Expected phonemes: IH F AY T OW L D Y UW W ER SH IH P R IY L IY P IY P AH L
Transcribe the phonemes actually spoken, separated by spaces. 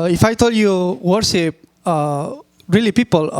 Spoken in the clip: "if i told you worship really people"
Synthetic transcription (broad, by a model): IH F AY T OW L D Y UW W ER S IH P R IY L IY P IY P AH L